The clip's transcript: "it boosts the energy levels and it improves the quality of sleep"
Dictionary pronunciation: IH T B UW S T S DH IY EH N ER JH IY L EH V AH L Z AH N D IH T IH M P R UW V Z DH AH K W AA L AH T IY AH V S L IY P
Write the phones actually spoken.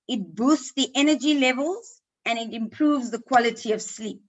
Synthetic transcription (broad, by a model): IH T B UW S T S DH IY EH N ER JH IY L EH V AH L Z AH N IH T IH M P R UW V Z DH AH K W AA L AH T IY AH V S L IY P